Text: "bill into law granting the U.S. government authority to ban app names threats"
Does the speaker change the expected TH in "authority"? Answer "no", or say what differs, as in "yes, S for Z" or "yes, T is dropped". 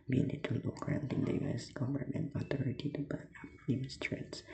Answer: yes, T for TH